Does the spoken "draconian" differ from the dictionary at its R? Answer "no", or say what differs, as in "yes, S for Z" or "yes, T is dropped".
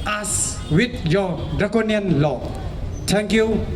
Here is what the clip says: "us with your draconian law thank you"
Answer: yes, R is dropped